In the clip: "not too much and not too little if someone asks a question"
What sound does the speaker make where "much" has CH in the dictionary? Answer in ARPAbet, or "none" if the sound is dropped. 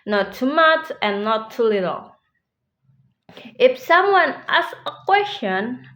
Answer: CH